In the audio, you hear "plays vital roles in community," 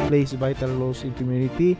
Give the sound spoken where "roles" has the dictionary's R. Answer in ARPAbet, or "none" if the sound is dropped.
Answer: L